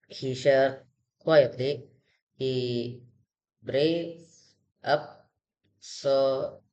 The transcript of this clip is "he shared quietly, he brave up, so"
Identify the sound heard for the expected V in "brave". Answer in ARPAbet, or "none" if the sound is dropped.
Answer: none